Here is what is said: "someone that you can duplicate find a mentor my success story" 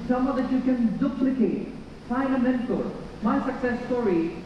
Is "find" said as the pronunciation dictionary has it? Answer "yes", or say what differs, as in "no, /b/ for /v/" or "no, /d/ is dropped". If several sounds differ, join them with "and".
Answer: no, /d/ is dropped